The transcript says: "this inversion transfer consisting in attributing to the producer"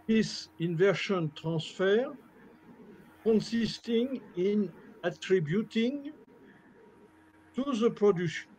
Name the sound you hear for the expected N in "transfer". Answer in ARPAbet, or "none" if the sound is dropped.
none